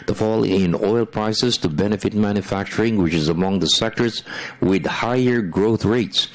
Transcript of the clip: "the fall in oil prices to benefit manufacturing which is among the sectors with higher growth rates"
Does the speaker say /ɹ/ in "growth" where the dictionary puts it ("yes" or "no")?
yes